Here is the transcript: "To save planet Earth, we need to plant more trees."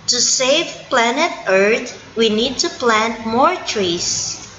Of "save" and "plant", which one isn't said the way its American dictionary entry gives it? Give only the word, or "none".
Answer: none